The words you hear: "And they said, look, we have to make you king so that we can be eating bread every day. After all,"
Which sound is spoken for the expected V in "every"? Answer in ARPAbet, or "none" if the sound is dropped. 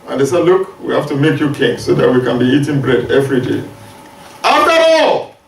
V